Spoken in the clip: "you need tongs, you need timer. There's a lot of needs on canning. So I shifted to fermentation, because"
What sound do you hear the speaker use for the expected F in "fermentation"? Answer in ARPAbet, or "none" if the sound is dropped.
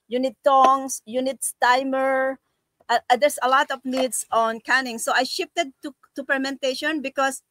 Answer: P